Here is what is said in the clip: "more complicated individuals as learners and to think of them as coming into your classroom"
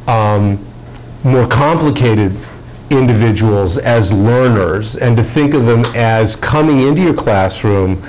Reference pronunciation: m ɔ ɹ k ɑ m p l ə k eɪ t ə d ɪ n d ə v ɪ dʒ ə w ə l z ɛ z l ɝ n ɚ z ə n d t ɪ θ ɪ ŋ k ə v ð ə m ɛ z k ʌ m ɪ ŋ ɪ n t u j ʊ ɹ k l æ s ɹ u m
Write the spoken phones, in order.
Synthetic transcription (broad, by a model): m ɔ ɹ k ɑ m p l ə k eɪ t ə d ɪ n d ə v ɪ dʒ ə w l z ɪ z l ɝ n ɚ z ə n t ɪ θ ɪ ŋ k ə v ð ə m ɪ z k ʌ m ɪ ŋ ɪ n t u j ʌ ɹ k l æ s ɹ u m